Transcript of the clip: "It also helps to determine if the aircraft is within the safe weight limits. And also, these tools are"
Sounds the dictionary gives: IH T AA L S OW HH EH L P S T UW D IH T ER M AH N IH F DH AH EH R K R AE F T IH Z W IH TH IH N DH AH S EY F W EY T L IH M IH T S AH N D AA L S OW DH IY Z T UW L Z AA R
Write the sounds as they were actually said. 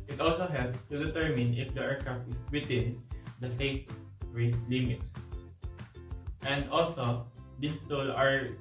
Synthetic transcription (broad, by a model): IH T AA L S OW HH EH L P S T UW D IH T ER M AH N IH F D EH R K R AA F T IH S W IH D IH N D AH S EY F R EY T L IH M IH T S AH N D AA L S OW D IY S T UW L AA R